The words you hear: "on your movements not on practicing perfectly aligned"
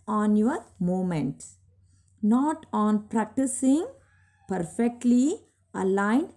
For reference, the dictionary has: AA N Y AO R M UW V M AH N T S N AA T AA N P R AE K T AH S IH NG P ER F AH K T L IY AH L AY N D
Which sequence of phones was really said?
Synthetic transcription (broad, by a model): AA N Y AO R M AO M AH N T N AA T AA N P R AE K T AH S IH NG P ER F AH K T L IY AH L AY N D